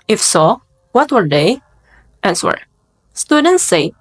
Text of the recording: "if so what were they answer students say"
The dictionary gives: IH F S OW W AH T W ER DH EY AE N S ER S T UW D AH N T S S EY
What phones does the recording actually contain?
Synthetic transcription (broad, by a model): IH F S OW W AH T W ER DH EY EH L S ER S T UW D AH N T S S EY